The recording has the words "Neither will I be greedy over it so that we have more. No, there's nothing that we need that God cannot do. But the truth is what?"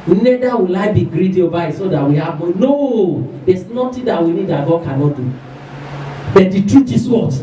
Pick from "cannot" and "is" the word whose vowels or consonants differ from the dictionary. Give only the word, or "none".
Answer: is